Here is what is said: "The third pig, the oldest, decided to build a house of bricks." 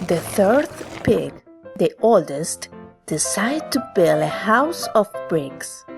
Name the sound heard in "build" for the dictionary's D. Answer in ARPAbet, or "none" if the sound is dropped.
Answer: none